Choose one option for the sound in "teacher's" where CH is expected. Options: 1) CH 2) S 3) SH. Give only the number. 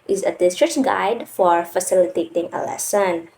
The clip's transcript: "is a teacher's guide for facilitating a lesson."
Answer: 2